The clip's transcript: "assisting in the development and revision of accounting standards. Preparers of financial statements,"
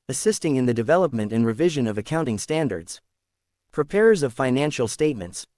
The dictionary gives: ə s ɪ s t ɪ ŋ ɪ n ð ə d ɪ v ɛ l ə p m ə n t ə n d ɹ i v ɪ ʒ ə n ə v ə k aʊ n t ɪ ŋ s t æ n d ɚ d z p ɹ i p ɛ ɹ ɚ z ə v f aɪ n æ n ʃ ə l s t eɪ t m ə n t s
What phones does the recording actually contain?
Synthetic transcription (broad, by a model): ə s ɪ s t ɪ ŋ ɪ n ð ə d ɪ v ɛ l ə p m ə n t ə n ɹ i v ɪ ʒ ə n ə v ə k aʊ n t ɪ ŋ s t æ n d ɚ d z p ɹ i p ɛ ɹ ɚ z ə v f aɪ n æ n ʃ l s t eɪ t m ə n t s